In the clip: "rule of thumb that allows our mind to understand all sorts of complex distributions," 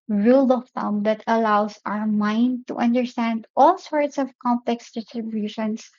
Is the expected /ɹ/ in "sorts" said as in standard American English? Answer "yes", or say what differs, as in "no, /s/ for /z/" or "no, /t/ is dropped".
yes